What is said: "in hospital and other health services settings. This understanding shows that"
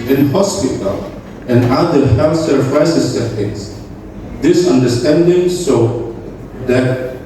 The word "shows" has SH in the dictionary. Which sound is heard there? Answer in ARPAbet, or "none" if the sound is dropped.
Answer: S